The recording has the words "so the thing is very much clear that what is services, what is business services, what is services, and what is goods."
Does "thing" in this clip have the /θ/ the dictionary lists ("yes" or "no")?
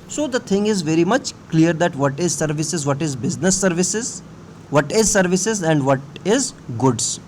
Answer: no